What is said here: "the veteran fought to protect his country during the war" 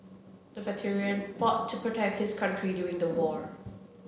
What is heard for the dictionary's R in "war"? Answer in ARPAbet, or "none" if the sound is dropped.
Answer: R